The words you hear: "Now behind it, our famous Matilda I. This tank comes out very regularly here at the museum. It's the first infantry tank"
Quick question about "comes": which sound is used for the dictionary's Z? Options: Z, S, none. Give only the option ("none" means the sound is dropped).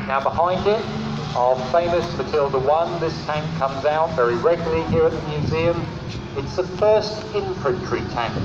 Z